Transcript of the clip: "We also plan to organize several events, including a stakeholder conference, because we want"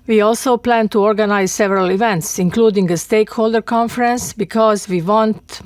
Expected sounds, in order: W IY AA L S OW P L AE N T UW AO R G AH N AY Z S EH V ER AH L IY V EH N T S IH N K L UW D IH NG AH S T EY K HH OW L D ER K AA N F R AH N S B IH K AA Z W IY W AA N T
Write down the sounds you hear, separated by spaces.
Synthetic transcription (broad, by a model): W IY AA L S OW P L AE N T UW AO R G AH N AY Z S EH V ER AH L IY V EH N T S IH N K L UW D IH NG AH S T EY K HH OW L D ER K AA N F R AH N S B IH K AA Z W IY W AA N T